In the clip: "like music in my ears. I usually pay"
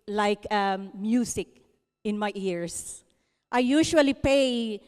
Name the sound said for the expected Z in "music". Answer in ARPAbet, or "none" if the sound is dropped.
S